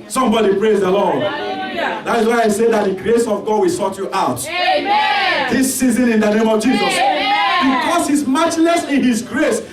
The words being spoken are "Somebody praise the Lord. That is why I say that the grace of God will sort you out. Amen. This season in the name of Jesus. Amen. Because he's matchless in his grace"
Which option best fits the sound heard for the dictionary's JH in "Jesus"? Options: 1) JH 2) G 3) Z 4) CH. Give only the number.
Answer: 1